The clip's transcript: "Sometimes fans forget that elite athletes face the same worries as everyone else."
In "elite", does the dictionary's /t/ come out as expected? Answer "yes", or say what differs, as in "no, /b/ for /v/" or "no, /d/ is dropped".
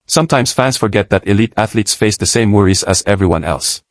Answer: yes